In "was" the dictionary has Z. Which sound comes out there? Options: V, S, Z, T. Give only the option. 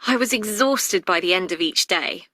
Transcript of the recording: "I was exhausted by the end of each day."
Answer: Z